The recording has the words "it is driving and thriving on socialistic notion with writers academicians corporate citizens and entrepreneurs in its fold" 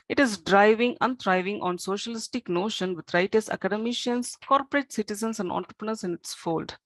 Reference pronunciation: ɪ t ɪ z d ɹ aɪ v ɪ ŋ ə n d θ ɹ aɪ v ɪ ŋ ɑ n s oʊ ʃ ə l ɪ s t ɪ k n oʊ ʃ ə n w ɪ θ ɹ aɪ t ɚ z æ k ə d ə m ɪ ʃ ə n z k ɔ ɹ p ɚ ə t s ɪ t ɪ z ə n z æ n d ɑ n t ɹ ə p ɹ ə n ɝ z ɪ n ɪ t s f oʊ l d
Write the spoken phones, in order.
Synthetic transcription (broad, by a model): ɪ t ɪ z d ɹ aɪ v ɪ ŋ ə n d ɹ aɪ v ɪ ŋ ɑ n s oʊ ʃ ə l ɪ s t ɪ k n oʊ ʃ ə n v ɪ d ɹ aɪ t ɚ s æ k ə d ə m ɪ ʃ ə n s k ɔ ɹ p ɚ ə t s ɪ t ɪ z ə n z æ n d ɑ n t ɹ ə p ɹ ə n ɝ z ɪ n ɪ t s f oʊ l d